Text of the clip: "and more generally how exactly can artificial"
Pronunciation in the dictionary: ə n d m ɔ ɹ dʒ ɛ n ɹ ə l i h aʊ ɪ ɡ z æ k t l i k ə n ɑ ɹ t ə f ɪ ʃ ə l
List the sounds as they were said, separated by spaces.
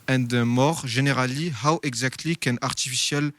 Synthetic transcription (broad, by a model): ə n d m ɔ ɹ ʒ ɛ n ɹ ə l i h aʊ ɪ ɡ z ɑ k t l i k ə n ɑ ɹ t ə f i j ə l